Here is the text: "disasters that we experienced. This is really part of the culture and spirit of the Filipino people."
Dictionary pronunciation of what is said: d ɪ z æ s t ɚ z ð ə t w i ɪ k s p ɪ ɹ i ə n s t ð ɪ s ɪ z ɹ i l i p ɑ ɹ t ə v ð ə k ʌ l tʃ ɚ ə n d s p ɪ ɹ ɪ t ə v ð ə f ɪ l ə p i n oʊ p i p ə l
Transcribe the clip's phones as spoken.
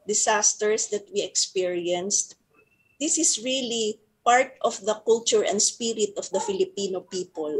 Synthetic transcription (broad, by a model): d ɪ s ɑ s t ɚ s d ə t w i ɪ k s p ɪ ɹ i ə n s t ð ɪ s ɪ s ɹ i l i p ɑ ɹ t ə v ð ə k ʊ l tʃ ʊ ə n d s p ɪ ɹ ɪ t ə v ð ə f ɪ l ə p i n oʊ p i p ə l